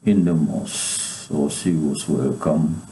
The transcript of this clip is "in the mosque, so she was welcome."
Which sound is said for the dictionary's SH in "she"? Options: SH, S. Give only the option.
S